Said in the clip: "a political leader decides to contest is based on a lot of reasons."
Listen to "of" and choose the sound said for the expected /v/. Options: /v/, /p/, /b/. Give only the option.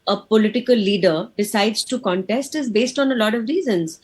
/v/